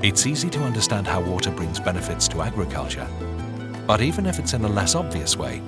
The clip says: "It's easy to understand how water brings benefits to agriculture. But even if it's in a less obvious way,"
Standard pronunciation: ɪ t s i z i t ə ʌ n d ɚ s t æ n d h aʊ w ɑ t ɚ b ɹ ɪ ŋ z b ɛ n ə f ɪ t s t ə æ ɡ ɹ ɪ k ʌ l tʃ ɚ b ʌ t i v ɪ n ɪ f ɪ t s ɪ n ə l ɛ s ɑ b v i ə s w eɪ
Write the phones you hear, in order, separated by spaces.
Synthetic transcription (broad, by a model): ɪ t s i z i t ə ʌ n d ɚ s t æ n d h aʊ w ɑ t ɚ b ɹ ɪ ŋ z b ɛ n ə f ɪ t s t ə æ ɡ ɹ ɪ k ʌ l tʃ ɚ b ʌ t i v ɪ n ɪ f ɪ t s ɪ n ə l ɛ s ɑ b v i ə s w eɪ